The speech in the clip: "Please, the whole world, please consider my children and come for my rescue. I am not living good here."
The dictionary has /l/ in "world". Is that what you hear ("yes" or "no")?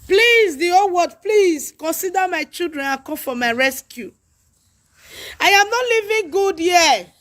no